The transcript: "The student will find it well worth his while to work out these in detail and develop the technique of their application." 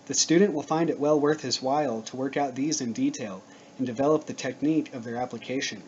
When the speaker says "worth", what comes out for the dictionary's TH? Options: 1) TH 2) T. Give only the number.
1